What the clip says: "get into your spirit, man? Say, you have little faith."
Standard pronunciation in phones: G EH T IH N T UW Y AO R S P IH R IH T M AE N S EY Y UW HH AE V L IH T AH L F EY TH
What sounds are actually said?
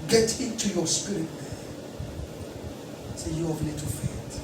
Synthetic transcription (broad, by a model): G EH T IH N T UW Y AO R S P IH R IH T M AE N S EY Y UW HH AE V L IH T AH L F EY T